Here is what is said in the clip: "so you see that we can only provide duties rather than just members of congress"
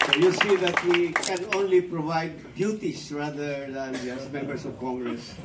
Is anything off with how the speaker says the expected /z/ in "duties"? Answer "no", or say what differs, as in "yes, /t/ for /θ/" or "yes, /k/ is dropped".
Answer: yes, /s/ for /z/